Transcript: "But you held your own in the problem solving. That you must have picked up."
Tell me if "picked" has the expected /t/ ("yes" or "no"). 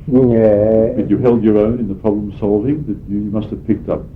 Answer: yes